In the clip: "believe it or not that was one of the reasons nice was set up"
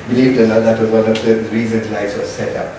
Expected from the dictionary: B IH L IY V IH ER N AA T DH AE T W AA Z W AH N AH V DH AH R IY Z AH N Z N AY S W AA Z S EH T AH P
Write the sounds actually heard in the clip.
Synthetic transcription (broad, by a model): B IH L IY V IH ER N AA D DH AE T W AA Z W AH N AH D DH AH R IY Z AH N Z L AY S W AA S EH T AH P